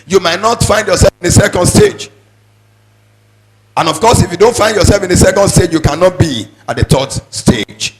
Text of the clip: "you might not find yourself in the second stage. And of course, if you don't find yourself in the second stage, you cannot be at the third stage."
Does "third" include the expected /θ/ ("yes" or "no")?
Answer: no